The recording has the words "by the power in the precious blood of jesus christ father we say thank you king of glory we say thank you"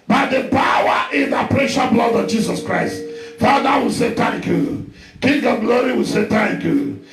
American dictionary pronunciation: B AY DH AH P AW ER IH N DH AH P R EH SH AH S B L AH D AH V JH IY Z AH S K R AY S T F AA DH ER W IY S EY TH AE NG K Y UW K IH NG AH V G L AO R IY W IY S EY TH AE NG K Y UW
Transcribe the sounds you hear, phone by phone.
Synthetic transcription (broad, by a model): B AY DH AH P AW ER IH N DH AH P R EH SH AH B L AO D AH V JH IY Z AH S K R AY S T F AA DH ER W IY S EY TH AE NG K Y UW K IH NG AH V G L AO R IY W IY S EY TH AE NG K Y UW